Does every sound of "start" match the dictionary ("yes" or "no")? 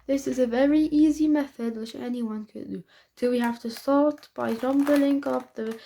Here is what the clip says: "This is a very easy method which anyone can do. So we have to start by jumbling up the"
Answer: no